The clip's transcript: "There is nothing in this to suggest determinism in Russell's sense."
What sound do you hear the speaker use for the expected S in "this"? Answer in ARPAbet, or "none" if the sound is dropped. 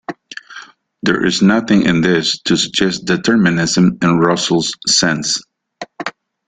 S